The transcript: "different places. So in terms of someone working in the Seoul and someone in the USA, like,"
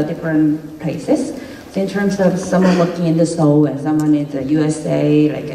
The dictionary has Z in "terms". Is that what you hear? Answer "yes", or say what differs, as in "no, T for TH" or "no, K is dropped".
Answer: no, S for Z